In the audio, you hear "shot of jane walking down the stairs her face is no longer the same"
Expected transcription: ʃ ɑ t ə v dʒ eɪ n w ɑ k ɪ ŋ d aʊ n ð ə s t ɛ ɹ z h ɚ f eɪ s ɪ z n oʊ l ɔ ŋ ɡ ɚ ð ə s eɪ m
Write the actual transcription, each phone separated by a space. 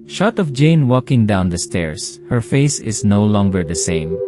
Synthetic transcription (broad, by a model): ʃ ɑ t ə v dʒ eɪ n w ɑ k ɪ ŋ d aʊ n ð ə s t ɛ ɹ s h ɚ f eɪ s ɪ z n oʊ l ɔ ŋ ɡ ɚ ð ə s eɪ m